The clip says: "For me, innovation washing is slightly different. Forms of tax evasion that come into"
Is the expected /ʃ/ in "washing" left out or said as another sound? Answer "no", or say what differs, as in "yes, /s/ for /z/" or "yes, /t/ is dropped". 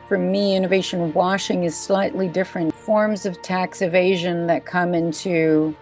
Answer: no